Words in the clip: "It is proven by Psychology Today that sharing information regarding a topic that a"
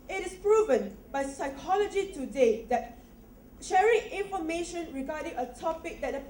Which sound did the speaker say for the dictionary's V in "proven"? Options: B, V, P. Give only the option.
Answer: V